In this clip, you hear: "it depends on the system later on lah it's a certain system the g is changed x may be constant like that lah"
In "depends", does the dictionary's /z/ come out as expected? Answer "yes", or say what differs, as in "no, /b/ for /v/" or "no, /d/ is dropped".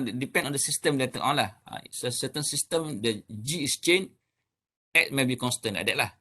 no, /z/ is dropped